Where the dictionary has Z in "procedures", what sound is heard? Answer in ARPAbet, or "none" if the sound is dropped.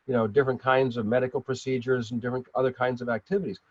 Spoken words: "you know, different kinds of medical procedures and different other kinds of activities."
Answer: Z